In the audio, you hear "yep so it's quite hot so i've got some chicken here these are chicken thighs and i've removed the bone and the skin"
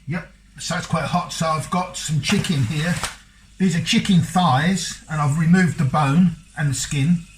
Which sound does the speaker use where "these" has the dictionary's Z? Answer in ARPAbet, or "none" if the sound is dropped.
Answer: Z